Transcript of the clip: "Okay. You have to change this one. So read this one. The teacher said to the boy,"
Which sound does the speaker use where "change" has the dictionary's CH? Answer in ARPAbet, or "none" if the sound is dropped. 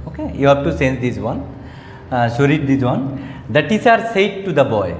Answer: S